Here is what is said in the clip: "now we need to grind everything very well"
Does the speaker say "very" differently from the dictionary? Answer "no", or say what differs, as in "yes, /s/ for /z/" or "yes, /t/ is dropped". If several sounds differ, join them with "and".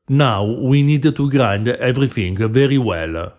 no